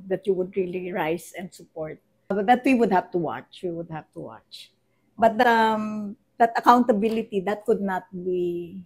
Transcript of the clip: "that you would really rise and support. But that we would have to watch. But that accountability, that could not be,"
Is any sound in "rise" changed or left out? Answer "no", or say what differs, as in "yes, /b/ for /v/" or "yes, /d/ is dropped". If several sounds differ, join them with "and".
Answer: yes, /s/ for /z/